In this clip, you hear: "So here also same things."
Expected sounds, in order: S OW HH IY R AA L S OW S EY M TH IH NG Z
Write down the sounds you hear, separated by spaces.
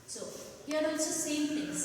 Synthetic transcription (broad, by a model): S OW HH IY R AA S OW S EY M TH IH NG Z